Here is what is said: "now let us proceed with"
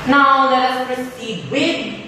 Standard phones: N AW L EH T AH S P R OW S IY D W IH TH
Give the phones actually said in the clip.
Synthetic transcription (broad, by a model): N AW L EH T AH S P R OW S IY D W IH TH